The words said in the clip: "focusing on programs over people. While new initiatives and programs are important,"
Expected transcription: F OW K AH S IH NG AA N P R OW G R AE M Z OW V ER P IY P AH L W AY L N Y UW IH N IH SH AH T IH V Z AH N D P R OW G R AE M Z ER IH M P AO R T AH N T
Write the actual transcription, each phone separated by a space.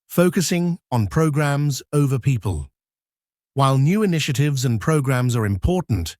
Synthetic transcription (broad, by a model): F OW K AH S IH NG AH N P R OW G R AE M Z OW V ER P IY P AH L W AY L N Y UW IH N IH SH AH T IH V Z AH N P R OW G R AE M Z ER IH M P AO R T N T